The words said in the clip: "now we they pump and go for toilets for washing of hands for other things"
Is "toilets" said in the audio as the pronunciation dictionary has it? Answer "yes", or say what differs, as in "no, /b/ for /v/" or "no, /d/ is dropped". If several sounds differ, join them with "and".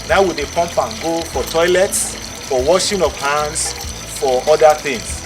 yes